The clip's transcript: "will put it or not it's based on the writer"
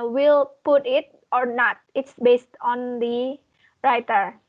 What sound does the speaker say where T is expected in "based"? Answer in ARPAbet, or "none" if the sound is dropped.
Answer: T